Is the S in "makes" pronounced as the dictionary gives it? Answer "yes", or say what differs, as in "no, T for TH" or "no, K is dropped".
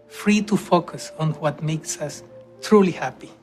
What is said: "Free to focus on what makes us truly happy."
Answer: yes